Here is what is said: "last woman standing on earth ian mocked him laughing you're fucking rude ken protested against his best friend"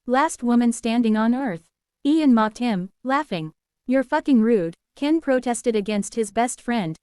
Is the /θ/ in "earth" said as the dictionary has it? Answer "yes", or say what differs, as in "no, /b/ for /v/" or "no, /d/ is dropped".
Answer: yes